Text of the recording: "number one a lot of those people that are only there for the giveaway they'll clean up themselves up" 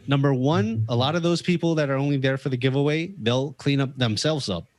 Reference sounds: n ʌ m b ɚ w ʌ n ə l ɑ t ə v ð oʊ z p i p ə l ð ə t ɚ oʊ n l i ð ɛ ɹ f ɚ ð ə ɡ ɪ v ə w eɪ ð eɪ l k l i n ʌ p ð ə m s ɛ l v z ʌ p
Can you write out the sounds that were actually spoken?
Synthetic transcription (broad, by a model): n ʌ m b ɚ w ʌ n ə l ɑ t ə v ð oʊ z p i p l ð ə t ɚ oʊ n l i ð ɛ ɹ f ɚ ð ə ɡ ɪ v ə w eɪ ð eɪ l k l i n ʌ p ð ə m s ɛ l v z ʌ p